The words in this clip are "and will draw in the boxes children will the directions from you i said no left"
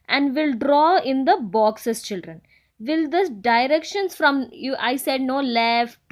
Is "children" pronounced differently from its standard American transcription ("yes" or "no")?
no